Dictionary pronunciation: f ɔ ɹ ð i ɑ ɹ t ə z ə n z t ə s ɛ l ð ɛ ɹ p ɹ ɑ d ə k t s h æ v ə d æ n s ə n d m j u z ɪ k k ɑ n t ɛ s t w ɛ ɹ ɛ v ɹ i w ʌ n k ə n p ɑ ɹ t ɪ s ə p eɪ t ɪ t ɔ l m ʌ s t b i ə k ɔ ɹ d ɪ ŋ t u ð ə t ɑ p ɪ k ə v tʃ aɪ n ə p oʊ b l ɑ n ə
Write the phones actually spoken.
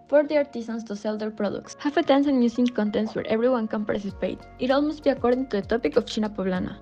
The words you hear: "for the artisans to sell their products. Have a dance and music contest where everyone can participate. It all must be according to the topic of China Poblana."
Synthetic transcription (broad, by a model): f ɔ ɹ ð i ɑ ɹ t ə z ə n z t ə s ɛ l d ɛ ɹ p ɹ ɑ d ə k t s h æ f ə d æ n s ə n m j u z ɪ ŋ k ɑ n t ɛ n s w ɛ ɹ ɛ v ɹ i w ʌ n k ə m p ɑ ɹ s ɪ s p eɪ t ɪ t ɔ l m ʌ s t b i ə k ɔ ɹ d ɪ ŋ t u ð ə t ɑ p ɪ k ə f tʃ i n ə p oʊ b l ɑ n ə